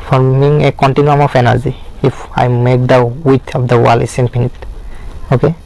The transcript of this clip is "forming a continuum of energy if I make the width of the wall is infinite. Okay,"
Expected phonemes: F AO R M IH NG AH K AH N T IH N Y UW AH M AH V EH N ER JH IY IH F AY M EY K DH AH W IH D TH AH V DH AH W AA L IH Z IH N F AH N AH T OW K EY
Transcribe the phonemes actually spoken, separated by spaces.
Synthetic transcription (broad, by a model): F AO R M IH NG AH K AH N T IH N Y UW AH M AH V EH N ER Z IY IH F AY M EY K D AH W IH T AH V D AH W AA L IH S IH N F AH N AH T OW K EY